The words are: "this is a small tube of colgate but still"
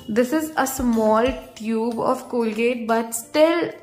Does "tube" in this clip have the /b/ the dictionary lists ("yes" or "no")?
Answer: yes